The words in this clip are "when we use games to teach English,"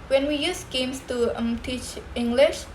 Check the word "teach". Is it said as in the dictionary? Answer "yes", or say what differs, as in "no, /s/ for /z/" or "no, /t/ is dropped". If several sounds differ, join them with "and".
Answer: yes